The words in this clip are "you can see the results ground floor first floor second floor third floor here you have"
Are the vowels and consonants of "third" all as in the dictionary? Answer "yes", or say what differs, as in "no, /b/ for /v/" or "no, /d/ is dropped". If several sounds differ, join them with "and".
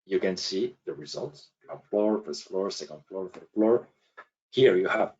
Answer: no, /f/ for /θ/